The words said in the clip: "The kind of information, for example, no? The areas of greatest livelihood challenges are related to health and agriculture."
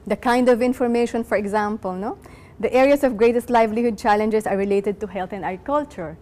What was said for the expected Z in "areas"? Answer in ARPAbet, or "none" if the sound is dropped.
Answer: S